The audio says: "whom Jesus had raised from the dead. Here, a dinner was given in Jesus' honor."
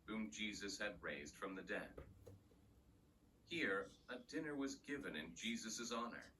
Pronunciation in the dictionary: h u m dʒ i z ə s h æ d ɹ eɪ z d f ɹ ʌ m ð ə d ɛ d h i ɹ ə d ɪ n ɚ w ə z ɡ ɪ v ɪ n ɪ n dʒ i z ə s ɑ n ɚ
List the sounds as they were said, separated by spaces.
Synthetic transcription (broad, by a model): h u m dʒ i z ə s h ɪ d ɹ eɪ z d f ɹ ʌ m ð ə d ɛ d h i ɹ ə d ɪ n ɚ w ə z ɡ ɪ v ɪ n ɪ n dʒ i z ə s ɑ n ɚ